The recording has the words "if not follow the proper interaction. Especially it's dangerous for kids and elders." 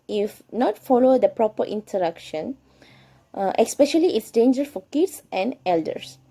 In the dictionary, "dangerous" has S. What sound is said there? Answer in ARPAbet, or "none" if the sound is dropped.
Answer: none